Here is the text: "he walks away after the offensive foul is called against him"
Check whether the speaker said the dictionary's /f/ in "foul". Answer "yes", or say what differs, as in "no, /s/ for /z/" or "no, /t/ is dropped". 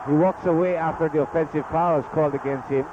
no, /p/ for /f/